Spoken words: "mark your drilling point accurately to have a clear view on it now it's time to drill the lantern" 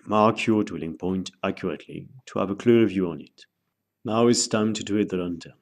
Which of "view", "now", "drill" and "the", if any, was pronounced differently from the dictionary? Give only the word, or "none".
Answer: drill